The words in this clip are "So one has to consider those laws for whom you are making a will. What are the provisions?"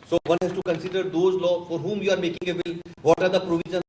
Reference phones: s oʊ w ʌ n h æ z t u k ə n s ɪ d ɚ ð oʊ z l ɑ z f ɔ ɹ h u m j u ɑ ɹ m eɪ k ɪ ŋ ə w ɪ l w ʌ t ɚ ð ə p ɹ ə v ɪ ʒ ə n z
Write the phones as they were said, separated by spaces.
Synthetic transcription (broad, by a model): s oʊ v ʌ n h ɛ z t u k ə n s ɪ d ɚ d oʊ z l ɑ f ɔ ɹ h u m j u ɑ ɹ m eɪ k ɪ ŋ ə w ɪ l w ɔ t ɚ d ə p ɹ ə v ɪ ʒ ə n